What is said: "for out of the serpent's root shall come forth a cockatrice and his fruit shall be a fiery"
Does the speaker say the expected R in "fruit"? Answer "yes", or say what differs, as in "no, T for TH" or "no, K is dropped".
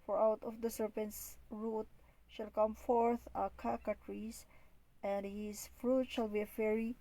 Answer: yes